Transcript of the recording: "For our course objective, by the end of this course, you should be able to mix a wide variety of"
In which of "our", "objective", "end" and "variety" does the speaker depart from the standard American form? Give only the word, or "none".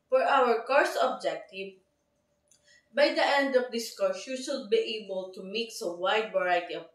variety